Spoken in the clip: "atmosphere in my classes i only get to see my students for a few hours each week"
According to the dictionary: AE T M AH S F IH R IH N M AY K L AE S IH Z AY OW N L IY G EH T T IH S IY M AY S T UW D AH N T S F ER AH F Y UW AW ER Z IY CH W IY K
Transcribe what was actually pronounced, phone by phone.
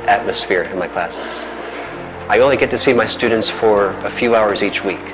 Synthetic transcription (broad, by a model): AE T M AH S F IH R IH N M AY K L AE S IH Z AY OW N L IY G EH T T IH S IY M AY S T UW D N T S F ER AH F Y UW AW ER Z IY CH W IY K